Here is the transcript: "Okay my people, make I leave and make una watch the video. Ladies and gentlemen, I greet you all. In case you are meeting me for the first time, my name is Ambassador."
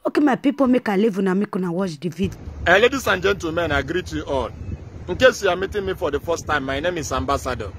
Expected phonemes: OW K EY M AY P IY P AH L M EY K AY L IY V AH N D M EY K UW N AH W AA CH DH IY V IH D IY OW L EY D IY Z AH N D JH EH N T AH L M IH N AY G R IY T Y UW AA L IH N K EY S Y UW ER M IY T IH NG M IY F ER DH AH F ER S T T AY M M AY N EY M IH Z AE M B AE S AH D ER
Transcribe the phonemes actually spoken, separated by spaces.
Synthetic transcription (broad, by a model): OW K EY M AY P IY P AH M EY K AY L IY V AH N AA M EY K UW N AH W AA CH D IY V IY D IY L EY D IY S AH N JH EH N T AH M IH N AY G R IY T Y UW AA L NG K EY S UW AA M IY T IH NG M IY F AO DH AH F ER S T T AY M M AY N EY M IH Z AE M B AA S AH D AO